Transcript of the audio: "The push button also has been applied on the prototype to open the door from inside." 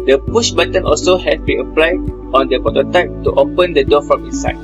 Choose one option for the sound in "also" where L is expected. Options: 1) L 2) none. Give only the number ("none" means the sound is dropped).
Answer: 1